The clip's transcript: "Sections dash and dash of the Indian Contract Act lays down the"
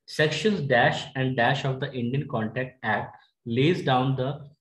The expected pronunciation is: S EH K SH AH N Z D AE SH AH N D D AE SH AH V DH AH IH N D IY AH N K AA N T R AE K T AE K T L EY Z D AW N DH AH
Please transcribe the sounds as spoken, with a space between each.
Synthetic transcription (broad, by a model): S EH K SH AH N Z D AE SH AH N D D AE SH AH V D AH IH N D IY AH N K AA N T AE K T AE K T L EY Z D AW N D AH